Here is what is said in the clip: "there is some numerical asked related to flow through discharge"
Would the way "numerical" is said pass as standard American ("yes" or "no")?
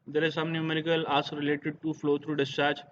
yes